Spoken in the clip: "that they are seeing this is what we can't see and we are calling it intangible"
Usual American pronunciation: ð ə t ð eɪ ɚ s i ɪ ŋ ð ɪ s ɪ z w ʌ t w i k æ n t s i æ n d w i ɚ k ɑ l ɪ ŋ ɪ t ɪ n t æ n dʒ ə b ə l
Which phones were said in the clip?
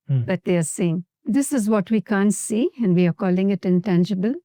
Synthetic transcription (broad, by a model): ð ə t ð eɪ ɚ s i ɪ ŋ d ɪ s ɪ z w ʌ t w i k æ n t s i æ n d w i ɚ k ɑ l ɪ ŋ ɪ t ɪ n t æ n dʒ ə b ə l